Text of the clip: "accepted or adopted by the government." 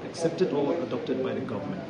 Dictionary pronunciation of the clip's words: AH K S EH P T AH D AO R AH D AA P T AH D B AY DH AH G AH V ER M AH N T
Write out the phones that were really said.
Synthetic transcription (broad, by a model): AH K S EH P T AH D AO L AH D AA P T AH D B AY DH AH G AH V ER M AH N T